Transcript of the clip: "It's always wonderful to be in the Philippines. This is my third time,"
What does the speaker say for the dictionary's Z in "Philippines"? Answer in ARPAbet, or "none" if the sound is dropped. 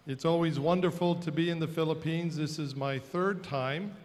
Z